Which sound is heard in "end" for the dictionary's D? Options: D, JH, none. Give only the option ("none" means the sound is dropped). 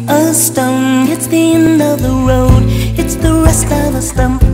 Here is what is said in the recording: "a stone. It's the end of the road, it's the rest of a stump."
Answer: none